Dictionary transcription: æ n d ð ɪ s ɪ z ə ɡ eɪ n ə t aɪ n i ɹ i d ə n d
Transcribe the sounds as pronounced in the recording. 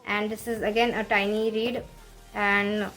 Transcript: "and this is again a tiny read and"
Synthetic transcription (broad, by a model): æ n d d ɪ s ɪ z ə ɡ eɪ n ə t aɪ n i ɹ i d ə n d